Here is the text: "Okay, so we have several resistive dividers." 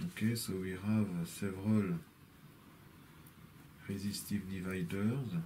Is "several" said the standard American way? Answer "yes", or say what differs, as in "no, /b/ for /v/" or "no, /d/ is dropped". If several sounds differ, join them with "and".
yes